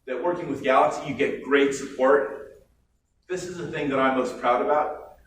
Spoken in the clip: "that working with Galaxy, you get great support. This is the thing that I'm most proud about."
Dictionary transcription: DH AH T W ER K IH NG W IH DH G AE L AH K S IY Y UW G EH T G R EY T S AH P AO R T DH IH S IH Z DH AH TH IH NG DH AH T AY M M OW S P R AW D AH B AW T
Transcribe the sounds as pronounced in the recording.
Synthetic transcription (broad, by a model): DH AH T W ER K IH NG W IH DH G AE L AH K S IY Y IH G EH T G R EY T S AH P AO R T DH IH S IH Z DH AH TH IH NG DH AH T AY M M OW S P R AW D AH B AW T